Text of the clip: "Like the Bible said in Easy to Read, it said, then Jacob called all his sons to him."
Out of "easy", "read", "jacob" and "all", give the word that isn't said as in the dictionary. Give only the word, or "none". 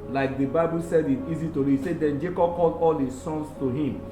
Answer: read